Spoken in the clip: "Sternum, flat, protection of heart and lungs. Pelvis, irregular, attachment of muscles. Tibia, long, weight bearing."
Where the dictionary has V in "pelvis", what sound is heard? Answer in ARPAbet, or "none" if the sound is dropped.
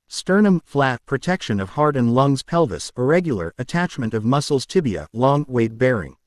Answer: V